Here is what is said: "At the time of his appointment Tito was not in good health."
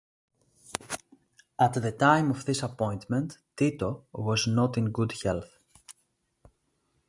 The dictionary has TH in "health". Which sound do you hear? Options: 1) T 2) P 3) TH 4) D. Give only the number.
3